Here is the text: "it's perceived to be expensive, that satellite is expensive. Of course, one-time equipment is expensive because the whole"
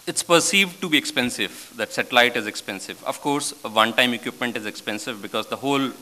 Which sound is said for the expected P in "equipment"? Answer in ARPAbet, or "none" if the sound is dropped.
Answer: P